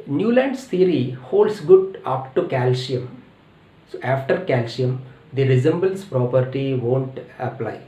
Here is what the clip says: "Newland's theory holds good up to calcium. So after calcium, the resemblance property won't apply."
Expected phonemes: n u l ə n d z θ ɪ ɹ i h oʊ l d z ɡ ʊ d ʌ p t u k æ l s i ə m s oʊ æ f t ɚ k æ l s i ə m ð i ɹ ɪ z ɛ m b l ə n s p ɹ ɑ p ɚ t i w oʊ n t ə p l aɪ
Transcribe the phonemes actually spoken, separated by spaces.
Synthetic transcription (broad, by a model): n u l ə n d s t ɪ ɹ i h oʊ l d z ɡ ʊ d ʌ p t u k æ l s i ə m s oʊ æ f t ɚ k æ l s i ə m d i ɹ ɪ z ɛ m b ə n s p ɹ ɑ p ɚ t i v oʊ n t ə p l aɪ